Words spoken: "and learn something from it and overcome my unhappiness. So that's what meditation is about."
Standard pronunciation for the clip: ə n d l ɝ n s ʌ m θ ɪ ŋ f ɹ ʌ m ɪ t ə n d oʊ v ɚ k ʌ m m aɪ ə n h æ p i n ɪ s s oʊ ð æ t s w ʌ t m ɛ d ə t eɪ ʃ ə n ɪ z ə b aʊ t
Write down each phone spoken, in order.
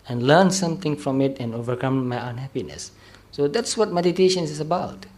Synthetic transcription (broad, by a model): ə n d l ɝ n s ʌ m t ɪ ŋ f ɹ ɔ m ɪ t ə n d oʊ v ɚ k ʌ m m aɪ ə n h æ p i n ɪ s s oʊ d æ t s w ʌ t m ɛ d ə t eɪ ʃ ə n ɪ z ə b aʊ t